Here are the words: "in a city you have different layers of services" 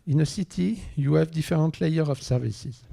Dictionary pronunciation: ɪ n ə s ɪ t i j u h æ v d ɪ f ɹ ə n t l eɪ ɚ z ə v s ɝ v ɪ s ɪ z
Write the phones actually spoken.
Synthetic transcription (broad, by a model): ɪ n ə s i t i j u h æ v d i f ɹ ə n t l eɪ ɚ ə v s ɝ v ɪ s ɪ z